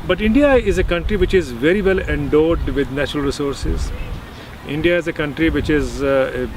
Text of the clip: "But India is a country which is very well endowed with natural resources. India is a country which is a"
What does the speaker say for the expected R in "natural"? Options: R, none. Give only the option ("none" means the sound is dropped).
R